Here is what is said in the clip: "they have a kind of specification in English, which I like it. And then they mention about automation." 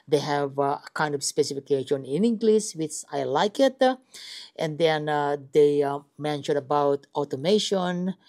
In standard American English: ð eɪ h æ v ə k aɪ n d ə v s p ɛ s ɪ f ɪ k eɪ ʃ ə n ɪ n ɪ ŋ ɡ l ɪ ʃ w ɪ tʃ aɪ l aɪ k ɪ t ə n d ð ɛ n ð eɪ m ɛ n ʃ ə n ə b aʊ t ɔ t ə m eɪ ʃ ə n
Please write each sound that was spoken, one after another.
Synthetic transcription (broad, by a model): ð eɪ h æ v ə k aɪ n d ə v s p ɛ s ɪ f ɪ k eɪ ʃ ə n ɪ n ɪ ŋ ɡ l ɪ s w ɪ tʃ aɪ l aɪ k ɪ t ə n d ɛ n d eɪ m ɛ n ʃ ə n ə b aʊ t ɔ t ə m eɪ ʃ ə n